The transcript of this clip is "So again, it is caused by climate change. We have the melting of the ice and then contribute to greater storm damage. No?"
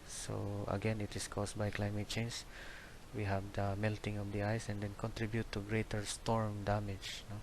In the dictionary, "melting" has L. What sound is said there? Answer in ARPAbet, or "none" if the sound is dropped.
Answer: L